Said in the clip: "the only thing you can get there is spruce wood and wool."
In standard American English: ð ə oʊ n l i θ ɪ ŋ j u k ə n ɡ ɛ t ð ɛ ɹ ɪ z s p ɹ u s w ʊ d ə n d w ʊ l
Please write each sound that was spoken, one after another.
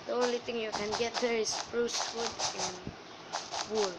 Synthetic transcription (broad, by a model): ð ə oʊ n l i t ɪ ŋ j u k ə n ɡ ɛ t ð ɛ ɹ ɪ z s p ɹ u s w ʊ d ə n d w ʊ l